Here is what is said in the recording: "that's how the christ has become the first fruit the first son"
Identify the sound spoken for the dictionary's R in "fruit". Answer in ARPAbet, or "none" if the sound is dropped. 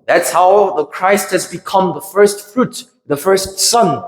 R